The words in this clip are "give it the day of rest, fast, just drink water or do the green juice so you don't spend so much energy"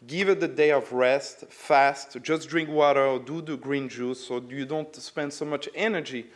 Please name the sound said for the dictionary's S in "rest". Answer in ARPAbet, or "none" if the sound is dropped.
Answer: S